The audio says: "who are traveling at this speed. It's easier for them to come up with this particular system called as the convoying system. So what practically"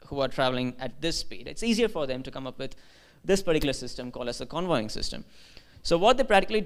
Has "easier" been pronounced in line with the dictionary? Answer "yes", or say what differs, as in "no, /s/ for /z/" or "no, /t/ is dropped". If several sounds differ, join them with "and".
yes